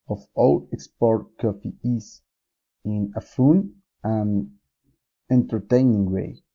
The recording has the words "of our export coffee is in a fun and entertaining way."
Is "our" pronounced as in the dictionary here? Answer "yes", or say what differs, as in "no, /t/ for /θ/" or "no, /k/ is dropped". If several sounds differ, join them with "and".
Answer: no, /l/ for /ɹ/